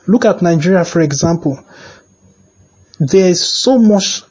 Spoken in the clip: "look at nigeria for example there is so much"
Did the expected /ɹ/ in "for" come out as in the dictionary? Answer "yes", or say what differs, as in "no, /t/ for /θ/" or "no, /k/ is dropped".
yes